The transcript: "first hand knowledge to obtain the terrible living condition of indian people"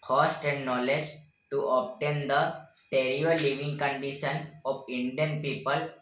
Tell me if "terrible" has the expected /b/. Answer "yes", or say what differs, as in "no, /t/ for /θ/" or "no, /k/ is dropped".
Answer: no, /b/ is dropped